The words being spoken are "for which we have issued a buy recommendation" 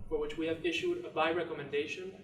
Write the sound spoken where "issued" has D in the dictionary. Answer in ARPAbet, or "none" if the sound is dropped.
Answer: D